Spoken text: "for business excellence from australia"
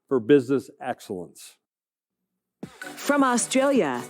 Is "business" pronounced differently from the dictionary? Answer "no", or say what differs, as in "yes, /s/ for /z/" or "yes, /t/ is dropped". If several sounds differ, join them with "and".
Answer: no